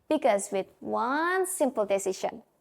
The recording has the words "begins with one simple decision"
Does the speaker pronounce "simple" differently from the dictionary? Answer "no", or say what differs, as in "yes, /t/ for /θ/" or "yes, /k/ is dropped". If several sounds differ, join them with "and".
no